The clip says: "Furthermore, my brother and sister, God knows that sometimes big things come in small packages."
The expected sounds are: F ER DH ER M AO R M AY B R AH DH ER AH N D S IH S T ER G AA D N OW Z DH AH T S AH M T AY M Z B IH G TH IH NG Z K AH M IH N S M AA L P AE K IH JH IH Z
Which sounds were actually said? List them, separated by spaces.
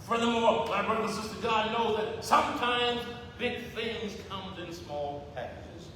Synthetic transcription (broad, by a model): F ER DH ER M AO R M AY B R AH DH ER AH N S IH S T ER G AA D N OW DH AH T S AH M T AY M Z B IH G TH IH NG Z K AH M IH N S M AA L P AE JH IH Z